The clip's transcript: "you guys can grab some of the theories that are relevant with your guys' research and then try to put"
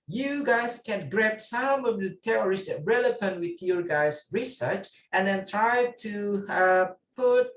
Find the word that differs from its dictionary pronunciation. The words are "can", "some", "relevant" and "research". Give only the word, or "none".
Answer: relevant